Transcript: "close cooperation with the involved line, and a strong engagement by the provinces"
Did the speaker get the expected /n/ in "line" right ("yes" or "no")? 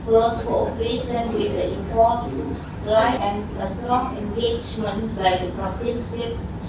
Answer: no